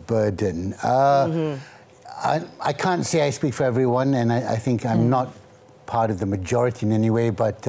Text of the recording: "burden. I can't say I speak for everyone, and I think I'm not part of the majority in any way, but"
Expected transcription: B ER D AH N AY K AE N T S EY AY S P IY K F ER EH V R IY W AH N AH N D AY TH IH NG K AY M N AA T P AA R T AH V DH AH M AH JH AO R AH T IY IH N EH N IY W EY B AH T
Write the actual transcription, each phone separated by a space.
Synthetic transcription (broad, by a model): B ER D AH AY K AE N T S EY AY S P IY K F ER EH V R IY W AH N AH N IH AY TH IH NG K AY M N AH T P AA R T AH V DH AH M AH JH AO R AH T IY IH N EH N IY W EY B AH T